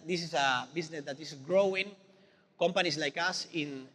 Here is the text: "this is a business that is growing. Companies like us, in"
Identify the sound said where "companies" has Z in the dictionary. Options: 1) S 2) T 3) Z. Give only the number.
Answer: 1